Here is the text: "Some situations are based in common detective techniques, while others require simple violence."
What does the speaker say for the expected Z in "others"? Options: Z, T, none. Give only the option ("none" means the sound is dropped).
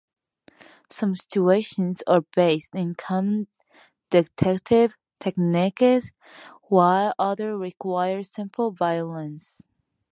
none